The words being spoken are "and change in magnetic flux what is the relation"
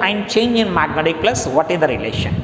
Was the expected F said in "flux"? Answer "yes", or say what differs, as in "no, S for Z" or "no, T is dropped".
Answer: no, P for F